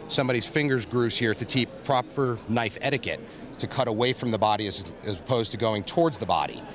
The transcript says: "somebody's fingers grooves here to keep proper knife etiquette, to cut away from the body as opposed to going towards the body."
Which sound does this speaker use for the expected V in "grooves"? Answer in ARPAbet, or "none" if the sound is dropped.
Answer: none